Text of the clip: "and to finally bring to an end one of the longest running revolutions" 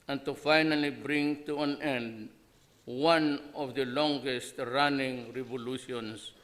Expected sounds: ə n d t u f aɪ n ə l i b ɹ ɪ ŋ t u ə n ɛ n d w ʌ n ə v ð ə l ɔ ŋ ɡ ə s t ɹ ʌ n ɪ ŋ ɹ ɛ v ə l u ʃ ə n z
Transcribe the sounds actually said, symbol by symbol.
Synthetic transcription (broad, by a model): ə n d t u f aɪ n ə l i b ɹ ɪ ŋ t u ə n ɛ n d w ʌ n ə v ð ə l ɔ ŋ ɡ ə s t ɹ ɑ n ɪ ŋ ɹ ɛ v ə l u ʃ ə n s